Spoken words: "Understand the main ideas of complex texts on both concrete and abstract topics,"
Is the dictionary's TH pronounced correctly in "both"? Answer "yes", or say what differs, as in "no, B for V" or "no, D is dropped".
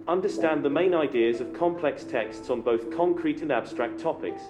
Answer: yes